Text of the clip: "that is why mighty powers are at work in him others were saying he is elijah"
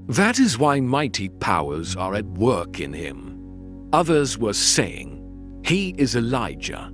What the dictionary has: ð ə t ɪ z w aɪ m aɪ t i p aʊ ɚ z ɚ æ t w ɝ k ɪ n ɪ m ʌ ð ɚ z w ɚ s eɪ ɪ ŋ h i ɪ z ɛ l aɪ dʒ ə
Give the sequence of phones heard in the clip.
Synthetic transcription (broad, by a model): ð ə t ɪ z w aɪ m aɪ t i p aʊ ɚ z ɚ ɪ t w ɝ k ɪ n ɪ m ʌ ð ɚ z w ɚ s eɪ ɪ ŋ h i ɪ z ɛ l aɪ dʒ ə